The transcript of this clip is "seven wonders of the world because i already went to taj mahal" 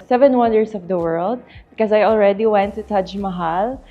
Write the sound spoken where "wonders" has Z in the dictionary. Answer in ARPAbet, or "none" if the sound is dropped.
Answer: S